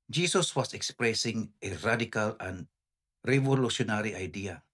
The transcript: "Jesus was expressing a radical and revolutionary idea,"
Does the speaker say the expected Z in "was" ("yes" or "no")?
no